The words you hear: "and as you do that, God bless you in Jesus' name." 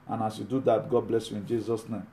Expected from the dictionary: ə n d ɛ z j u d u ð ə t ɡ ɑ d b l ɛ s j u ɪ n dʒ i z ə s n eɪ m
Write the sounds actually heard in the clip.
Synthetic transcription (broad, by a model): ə n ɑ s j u d u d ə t ɡ ɑ d b l ɛ s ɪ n dʒ i z ə s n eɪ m